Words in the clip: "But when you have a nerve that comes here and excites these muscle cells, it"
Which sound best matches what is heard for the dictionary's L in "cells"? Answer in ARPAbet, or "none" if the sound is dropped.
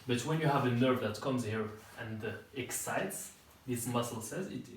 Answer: none